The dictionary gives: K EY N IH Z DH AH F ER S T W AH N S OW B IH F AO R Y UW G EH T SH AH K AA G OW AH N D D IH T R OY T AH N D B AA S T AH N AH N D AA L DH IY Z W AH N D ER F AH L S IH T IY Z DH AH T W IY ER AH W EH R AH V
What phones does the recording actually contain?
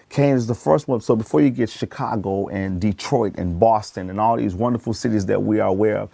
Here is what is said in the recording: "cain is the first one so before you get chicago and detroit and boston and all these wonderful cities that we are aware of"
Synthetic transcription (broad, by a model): K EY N IH Z DH AH F ER S T W AH N S OW B IH F AO R Y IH G EH T SH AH K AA G OW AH N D D IH T R OY T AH N B AA S T AH N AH N AA L DH IY Z W AH N D ER F L S IH T IY Z DH AH T W IY ER AH W EH R AH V